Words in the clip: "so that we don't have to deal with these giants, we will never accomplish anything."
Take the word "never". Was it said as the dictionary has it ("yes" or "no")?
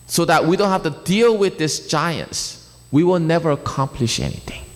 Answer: yes